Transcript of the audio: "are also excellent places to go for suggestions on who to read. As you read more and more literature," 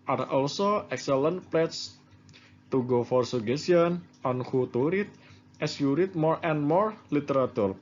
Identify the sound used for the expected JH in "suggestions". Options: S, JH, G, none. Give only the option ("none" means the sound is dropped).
none